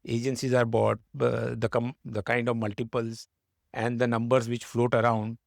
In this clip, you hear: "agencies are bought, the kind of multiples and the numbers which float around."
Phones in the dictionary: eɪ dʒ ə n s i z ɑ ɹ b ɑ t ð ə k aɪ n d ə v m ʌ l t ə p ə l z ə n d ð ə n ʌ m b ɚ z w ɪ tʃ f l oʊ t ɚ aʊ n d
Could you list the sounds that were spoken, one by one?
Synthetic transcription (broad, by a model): eɪ dʒ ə n s i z ɑ ɹ b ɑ t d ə k aɪ n d ə v m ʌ l t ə p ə l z ə n d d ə n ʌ m b ɚ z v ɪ tʃ f l oʊ t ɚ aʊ n d